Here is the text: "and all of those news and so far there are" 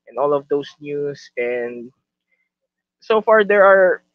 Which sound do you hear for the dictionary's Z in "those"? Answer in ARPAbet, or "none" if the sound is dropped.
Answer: S